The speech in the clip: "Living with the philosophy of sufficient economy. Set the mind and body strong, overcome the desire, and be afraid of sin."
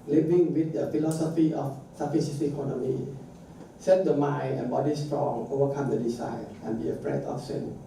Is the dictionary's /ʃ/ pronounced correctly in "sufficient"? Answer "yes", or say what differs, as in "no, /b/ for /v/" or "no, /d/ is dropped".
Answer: no, /s/ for /ʃ/